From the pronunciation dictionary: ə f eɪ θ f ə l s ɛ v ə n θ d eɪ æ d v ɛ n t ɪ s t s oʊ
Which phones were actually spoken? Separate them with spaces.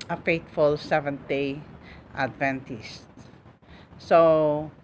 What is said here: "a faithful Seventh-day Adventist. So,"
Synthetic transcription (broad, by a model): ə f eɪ t f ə l s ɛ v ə n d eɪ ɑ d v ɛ n t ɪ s t s oʊ